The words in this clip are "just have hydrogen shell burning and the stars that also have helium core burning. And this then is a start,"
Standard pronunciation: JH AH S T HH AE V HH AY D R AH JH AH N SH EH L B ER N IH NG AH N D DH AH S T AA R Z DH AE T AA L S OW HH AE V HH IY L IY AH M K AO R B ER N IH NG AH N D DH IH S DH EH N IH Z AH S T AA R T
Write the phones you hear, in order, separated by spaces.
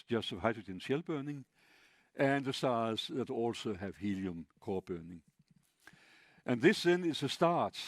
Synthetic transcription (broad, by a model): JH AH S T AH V HH AY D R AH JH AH N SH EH L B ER N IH NG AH N DH AH S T AA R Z DH AE T AA L S OW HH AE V HH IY L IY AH M K AO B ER N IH NG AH N DH IH S DH EH N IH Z AH S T AA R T